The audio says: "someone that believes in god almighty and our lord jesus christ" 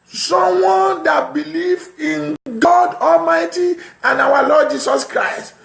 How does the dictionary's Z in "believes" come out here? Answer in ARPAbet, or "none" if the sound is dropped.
none